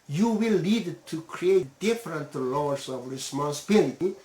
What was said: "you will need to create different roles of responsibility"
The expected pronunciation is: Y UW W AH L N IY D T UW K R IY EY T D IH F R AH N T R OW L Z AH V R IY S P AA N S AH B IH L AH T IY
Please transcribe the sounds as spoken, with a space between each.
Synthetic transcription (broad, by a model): Y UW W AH L IY D T UW K R IY EY T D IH F R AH N T L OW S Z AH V R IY S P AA N S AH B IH L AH T IY